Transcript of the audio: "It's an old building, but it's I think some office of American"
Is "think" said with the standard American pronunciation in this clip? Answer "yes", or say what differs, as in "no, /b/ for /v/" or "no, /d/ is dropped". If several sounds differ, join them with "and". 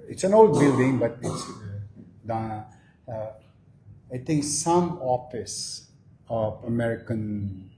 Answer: no, /t/ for /θ/